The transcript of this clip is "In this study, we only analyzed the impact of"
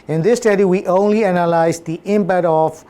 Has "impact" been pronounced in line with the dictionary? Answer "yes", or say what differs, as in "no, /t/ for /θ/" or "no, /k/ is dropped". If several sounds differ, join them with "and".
no, /k/ is dropped